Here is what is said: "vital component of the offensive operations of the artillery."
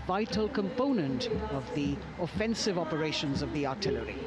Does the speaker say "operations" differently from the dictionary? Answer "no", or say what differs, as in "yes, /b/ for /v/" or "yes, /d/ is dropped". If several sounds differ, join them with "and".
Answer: no